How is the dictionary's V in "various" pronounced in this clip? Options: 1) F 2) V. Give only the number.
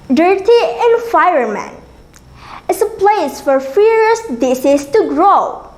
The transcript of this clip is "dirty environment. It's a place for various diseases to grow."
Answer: 1